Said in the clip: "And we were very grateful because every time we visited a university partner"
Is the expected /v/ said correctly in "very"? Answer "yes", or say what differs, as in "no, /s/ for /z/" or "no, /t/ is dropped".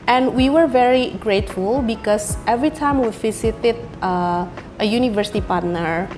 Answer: yes